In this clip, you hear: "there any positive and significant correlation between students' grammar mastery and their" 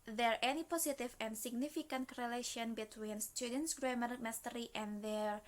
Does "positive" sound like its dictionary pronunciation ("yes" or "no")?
no